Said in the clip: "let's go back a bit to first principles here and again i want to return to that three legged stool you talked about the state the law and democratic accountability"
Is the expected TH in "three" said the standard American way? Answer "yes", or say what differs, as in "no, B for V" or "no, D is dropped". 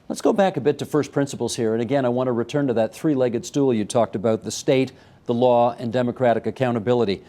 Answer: yes